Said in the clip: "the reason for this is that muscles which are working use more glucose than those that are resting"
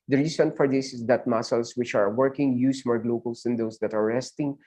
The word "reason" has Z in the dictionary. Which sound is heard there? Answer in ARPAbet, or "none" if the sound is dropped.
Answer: S